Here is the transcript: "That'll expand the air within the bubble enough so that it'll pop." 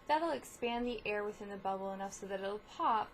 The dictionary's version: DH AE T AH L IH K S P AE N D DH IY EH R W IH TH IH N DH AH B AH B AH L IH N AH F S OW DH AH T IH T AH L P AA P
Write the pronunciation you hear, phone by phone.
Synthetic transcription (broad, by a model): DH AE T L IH K S P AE N DH IY EH R W IH TH IH N DH AH B AH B L IH N AH F S OW DH AH T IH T L P AA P